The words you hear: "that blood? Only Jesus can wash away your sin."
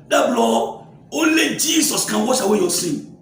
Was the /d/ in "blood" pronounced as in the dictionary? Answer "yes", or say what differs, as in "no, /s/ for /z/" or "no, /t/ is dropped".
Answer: no, /d/ is dropped